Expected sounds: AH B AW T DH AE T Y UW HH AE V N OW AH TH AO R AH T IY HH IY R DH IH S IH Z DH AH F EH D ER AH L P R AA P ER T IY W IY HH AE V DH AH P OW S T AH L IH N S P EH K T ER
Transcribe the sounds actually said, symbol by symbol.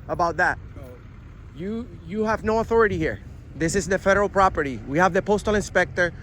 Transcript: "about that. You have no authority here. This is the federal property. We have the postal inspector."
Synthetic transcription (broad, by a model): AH B AW T DH AE T Y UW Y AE V N OW AH TH AO R AH T IY HH IY R DH IH S IH Z DH AH F EH D ER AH L P R AA P ER T IY W IY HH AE V DH AH P OW S T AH L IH N S P EH K T ER